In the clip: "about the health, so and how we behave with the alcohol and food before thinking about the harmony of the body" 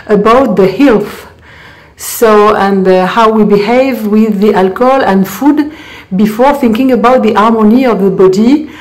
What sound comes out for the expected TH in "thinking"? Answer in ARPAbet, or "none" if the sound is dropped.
TH